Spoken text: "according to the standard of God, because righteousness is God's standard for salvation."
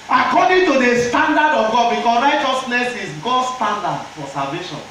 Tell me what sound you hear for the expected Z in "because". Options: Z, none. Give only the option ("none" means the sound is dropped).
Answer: none